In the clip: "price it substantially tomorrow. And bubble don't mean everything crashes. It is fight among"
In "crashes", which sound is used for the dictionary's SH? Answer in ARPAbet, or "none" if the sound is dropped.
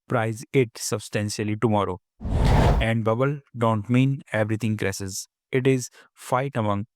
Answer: S